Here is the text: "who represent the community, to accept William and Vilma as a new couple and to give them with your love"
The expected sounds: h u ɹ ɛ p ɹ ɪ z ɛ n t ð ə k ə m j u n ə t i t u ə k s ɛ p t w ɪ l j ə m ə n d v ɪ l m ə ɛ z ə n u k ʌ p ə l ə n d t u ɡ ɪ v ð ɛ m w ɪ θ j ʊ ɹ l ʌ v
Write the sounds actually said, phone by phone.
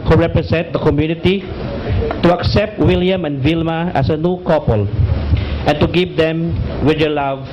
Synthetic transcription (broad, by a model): h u ɹ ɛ p ɹ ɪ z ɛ n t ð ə k ə m j u n ə t i t u ə k s ɛ p t w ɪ l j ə m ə n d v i l m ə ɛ s ə n u k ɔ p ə l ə n t u ɡ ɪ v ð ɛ m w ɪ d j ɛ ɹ l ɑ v